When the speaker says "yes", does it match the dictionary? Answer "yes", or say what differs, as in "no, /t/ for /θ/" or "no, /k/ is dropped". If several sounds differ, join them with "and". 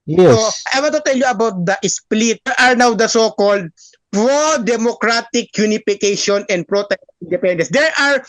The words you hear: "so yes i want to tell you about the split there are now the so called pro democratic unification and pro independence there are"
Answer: no, /s/ is dropped